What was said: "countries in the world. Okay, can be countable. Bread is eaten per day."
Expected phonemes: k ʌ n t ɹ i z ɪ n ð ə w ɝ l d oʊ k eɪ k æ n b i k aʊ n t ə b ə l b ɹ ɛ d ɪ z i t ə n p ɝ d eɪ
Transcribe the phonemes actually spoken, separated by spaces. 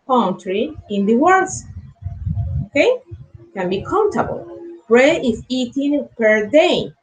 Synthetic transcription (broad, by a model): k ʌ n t ɹ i ɪ n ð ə w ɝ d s oʊ k eɪ k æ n b i k aʊ n t ə b ə l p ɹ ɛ ɪ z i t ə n p ɝ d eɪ